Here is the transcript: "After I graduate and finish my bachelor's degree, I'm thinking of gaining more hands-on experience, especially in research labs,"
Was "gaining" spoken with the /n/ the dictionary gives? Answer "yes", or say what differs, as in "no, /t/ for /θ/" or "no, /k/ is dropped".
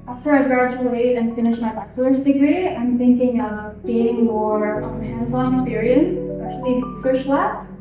no, /n/ is dropped